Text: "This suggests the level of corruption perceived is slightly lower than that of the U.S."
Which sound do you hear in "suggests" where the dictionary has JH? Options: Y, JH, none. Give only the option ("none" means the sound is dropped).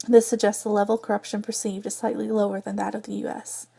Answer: JH